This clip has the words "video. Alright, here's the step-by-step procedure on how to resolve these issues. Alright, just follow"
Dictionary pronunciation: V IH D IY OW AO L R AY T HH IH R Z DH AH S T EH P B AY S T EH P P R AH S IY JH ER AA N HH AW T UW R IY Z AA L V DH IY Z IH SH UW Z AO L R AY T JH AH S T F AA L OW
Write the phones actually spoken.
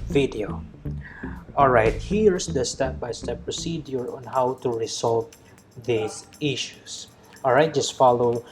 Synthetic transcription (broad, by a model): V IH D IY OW AO L R AY T HH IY R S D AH S T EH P B AY S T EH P P R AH S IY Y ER AA N HH AW T UW R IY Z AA L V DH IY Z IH SH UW S AO L R AY T JH AH S T F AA L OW